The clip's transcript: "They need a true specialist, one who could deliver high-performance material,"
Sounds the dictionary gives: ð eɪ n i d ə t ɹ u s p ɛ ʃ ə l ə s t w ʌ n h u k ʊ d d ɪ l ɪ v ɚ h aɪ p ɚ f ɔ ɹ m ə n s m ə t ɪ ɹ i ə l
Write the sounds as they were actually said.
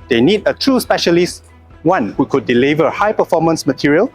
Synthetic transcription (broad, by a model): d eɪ n i d ə t ɹ u s p ɛ ʃ ə l ə s t w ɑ n h u k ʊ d d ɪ l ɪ v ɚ h aɪ p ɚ f ɔ m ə n s m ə t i ɹ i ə l